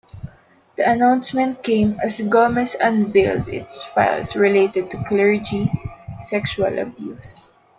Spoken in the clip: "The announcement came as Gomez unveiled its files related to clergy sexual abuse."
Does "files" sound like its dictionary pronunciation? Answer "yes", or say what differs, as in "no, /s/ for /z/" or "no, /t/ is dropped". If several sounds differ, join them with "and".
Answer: no, /s/ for /z/